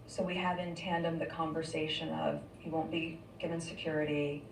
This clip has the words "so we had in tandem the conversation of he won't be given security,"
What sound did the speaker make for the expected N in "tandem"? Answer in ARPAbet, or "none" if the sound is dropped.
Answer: N